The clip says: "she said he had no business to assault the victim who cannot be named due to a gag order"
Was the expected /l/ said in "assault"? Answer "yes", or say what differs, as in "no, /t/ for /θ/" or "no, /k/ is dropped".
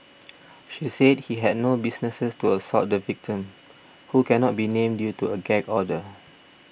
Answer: no, /l/ is dropped